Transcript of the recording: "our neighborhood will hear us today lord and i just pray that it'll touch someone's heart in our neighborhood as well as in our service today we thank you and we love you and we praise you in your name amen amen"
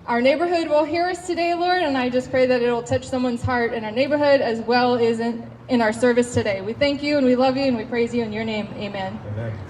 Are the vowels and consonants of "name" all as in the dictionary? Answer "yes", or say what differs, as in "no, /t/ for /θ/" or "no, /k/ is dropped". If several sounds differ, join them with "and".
no, /m/ is dropped